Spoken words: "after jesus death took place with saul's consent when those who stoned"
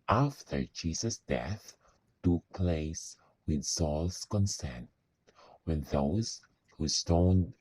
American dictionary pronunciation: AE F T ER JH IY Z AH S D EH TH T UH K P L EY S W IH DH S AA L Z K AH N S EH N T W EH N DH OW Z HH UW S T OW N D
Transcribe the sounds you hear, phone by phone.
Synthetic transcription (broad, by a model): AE F T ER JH IY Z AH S D EH TH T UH K P L EY S W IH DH S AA L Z K AH N S EH N T W EH N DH OW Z HH UW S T OW N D